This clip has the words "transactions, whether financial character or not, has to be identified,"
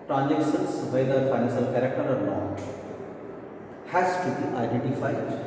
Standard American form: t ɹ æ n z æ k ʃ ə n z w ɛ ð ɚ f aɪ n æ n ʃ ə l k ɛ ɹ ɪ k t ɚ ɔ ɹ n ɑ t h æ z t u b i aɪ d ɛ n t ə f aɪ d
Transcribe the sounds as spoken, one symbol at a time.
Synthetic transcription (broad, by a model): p ɹ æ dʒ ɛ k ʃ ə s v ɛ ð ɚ f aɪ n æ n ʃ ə l k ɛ ɹ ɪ k t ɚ ɔ ɹ l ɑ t h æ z t u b i aɪ d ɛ n t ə f aɪ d